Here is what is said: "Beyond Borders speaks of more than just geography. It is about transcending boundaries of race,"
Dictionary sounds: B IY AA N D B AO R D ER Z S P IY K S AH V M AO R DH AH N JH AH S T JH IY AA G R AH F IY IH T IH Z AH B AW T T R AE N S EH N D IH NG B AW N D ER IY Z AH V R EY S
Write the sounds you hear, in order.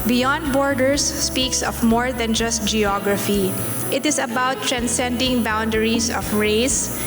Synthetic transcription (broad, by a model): B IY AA N D B AO R D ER S P IY K S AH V M AO R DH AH N JH AH S T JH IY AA G R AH F IY IH T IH S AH B AW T T R AE N S EH N D IH NG B AW N D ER IY S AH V R EY S